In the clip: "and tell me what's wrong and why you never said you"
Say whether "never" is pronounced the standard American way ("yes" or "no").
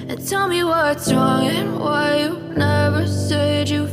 yes